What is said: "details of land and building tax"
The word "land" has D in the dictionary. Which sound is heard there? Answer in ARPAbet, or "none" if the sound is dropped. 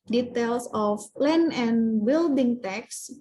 none